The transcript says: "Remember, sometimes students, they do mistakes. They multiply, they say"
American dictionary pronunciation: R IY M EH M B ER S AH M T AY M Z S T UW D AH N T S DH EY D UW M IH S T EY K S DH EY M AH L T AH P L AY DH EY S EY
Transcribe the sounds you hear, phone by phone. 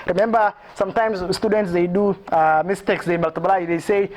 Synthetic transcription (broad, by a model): R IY M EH M B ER S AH M T AY M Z S T UW D AH N T S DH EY D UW M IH S T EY K S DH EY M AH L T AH B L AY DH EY S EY